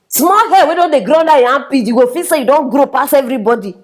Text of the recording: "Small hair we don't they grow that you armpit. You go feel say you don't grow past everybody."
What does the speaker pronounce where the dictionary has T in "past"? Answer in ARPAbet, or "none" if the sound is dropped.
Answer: none